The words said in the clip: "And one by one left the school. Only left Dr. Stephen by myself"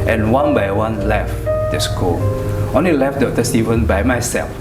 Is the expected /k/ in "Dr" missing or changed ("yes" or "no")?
yes